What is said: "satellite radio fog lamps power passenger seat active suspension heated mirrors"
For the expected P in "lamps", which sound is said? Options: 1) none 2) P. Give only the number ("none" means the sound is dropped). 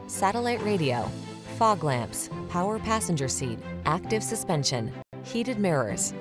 2